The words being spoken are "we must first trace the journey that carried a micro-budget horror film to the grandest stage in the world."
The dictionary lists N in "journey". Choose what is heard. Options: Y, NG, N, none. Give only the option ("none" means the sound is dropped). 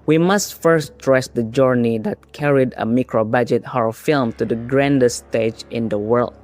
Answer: N